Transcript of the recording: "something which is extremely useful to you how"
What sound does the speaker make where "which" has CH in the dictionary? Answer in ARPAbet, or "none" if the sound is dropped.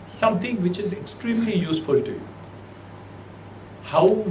CH